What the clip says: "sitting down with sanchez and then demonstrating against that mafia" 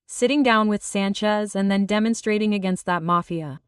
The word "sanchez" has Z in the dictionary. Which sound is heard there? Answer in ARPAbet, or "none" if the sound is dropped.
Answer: Z